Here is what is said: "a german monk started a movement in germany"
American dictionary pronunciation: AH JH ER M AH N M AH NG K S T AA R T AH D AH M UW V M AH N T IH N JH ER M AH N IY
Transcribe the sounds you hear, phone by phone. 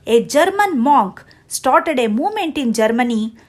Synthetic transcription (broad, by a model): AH JH ER M AH N M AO K S T AA R T AH D AH M UW V M AH N T IH N JH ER M AH N IY